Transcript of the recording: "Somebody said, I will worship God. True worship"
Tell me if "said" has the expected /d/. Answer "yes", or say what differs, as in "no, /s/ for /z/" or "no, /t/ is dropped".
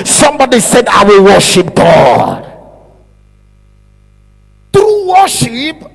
yes